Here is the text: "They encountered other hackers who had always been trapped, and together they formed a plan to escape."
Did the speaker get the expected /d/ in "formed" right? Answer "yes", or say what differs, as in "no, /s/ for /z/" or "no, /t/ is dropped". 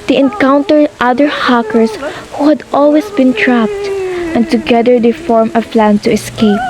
no, /d/ is dropped